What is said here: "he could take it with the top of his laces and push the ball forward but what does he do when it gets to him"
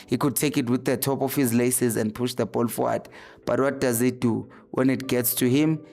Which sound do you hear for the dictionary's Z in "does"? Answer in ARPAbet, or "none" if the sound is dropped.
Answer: Z